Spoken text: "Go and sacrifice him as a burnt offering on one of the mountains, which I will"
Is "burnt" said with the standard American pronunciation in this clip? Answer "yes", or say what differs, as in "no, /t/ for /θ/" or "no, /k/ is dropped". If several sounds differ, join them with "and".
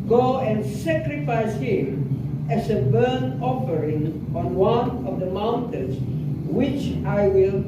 no, /t/ is dropped